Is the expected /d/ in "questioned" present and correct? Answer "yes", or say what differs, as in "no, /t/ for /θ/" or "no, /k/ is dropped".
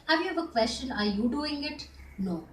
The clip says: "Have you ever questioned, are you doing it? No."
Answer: no, /d/ is dropped